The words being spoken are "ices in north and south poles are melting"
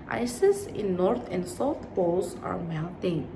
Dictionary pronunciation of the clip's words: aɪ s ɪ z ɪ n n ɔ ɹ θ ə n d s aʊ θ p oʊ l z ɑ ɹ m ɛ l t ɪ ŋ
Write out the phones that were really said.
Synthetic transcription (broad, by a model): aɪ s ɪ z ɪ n n ɔ ɹ t ə n d s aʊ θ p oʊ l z ɑ ɹ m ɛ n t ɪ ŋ